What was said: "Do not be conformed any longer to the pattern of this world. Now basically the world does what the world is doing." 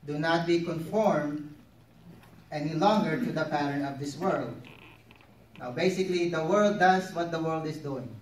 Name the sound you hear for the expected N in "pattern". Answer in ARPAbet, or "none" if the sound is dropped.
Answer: none